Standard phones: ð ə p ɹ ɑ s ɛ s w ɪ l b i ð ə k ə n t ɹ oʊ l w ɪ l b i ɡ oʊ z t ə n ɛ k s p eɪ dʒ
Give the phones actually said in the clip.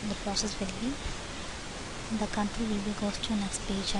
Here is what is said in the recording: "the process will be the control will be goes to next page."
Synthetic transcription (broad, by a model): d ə p ɹ ɑ s ɛ s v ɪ l b i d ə k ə n t ɹ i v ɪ l b i ɡ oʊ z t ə n ɛ k s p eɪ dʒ